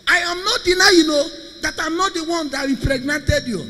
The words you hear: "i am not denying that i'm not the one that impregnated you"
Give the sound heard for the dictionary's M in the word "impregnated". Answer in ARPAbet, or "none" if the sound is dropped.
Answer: none